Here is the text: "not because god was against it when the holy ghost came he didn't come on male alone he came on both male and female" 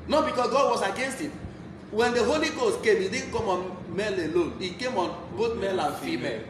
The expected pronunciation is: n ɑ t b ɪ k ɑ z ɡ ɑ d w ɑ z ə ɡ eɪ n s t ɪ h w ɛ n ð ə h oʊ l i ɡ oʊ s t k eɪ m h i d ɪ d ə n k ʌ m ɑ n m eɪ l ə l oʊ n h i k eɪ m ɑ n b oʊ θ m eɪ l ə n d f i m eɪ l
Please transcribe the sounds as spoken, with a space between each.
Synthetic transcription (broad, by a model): n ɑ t b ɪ k ɑ s ɡ ɑ d w ɑ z ə ɡ eɪ n s t ɪ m w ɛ n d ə h oʊ l i ɡ oʊ s t k eɪ m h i d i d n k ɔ m ɑ n m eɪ l ə l oʊ n i k eɪ m ɑ n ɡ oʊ t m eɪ l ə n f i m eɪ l